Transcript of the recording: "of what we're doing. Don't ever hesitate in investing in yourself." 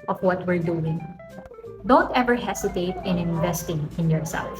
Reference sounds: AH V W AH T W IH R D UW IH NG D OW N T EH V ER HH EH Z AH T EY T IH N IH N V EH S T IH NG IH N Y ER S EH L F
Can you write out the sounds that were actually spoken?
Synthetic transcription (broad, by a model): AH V W AH T W IH R D UW IH NG D OW N T EH V ER HH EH S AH T EY T IH N IH N V EH S T IH NG IH N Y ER S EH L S